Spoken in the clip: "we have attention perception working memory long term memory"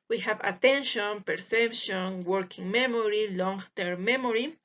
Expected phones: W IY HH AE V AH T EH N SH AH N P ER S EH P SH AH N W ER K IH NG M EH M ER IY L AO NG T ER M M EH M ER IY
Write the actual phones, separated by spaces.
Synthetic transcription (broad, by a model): W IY HH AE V AH T EH N SH AH N P ER S EH P SH AH N W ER K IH NG M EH M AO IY L AO NG T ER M M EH M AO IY